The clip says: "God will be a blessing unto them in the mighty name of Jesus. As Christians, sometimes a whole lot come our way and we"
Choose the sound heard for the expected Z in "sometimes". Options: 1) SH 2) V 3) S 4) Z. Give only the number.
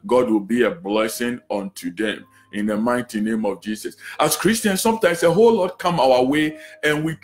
3